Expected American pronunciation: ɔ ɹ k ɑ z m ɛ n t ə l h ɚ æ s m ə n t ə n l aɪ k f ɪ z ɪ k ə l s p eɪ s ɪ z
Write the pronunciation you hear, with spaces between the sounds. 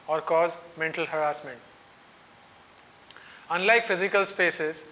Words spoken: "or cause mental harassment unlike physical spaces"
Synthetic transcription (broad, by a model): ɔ ɹ k ɑ z m ɛ n t ə l h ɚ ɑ s m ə n t ə n l aɪ k f ɪ z ɪ k ə l s p eɪ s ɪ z